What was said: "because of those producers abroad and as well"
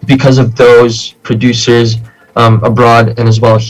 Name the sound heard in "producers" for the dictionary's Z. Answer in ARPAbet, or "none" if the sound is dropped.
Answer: Z